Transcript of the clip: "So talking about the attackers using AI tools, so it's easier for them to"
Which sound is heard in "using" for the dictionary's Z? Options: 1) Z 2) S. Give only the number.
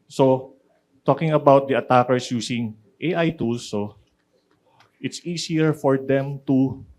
2